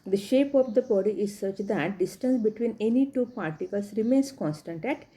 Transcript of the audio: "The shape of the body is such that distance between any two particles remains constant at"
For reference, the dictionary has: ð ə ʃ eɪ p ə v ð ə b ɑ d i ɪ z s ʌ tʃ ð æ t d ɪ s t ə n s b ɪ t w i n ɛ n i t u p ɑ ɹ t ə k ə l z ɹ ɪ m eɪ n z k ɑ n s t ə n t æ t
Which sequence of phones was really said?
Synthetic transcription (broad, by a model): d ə ʃ eɪ p ə v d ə b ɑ d i ɪ z s ʌ tʃ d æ t d ɪ s t ə n s b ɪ t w i n ɛ n i t u p ɑ ɹ t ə k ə l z ɹ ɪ m eɪ n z k ɑ n s t ə n t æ t